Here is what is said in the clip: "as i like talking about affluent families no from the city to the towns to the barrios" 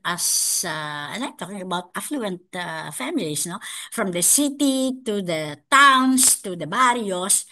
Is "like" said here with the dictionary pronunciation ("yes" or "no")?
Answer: no